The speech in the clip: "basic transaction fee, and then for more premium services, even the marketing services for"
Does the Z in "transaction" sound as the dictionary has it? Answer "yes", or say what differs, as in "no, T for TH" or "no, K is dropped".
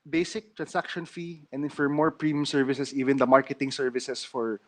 no, S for Z